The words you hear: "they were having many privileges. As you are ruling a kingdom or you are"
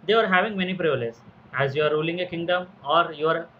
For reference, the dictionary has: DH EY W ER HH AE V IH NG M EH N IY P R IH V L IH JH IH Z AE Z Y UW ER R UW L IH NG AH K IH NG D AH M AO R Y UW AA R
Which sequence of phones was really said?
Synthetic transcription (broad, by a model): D EY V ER HH AE V IH NG M EH N IY P R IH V IH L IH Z AE Z Y UW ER R UW L IH NG AH K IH NG D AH M AO R Y UW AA R